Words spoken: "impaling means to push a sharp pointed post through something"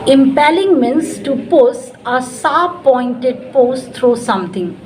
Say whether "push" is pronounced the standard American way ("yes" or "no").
no